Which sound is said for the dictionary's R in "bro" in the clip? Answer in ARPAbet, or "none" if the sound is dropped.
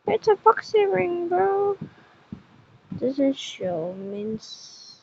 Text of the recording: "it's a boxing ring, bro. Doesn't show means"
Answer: none